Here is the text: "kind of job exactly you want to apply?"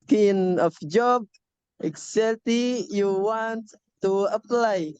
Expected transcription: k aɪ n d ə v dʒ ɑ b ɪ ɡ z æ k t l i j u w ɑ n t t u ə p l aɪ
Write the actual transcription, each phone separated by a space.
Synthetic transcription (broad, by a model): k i n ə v dʒ ɑ b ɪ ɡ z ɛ t i j u w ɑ n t t u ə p l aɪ